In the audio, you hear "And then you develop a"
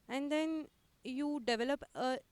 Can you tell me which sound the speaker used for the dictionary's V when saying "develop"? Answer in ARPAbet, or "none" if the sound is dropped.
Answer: V